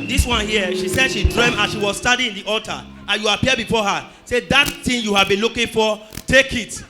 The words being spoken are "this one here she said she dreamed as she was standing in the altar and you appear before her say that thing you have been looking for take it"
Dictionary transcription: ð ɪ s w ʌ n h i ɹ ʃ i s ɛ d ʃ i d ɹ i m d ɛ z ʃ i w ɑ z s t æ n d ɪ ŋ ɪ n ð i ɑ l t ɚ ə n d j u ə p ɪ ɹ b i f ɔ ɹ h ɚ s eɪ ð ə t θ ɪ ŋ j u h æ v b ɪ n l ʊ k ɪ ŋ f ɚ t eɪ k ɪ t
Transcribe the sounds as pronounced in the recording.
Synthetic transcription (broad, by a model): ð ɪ s w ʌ n h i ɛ ʃ i s ɛ d ʃ i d ɹ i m ɑ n ʃ i w ɑ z s t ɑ d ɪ ɪ n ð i ɑ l t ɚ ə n j u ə p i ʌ b i f ɔ h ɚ s eɪ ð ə t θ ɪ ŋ j u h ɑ v b ɪ n l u k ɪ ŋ f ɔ t eɪ k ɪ t